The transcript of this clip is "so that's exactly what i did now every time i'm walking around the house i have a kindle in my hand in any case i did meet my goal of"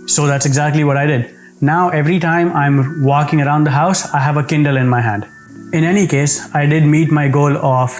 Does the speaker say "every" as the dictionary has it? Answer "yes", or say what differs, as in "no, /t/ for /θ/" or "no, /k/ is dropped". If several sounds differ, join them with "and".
yes